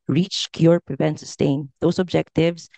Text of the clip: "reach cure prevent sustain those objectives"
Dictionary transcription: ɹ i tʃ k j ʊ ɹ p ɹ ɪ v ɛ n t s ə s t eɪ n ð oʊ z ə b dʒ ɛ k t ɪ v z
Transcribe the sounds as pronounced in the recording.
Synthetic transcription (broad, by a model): ɹ i tʃ k j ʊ ɹ p ɹ ɪ v ɛ n t s ə s t eɪ n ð oʊ s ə b dʒ ɛ k t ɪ v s